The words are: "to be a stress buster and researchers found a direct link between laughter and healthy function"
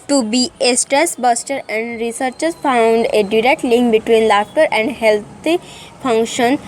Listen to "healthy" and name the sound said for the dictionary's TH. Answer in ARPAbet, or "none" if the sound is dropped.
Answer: T